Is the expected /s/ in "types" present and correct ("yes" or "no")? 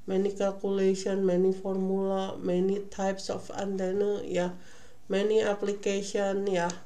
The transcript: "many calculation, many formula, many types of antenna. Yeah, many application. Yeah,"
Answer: yes